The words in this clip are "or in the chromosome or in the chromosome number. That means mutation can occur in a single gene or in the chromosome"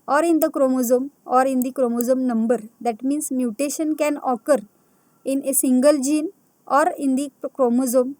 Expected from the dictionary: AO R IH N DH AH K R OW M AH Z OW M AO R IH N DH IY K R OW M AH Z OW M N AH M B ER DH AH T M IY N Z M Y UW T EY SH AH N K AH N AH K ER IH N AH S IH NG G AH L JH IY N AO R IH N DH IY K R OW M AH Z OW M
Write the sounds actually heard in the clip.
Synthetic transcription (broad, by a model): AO R IH N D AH K R OW M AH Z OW M AO R IH N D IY K R OW M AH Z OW M N AH M B ER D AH T M IY N S M Y UW T EY SH AH N K AH N AH K ER IH N AH S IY NG G AH L JH IY N AO R IH N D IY K R OW M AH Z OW M